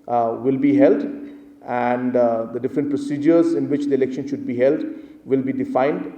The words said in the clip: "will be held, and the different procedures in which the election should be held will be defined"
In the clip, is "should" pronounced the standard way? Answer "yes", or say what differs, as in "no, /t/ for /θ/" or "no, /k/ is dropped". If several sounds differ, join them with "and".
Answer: yes